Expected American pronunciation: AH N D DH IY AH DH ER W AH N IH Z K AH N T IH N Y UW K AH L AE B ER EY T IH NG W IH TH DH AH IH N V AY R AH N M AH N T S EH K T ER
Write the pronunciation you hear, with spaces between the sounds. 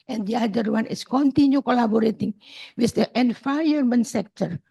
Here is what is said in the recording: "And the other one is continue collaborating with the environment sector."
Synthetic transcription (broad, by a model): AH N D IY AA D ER W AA N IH S K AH N T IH N Y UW K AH L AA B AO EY T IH NG W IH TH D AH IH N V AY AH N M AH N T S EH K T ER